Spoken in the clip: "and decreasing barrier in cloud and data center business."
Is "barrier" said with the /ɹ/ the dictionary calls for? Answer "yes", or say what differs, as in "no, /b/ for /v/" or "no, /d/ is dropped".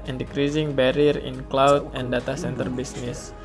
yes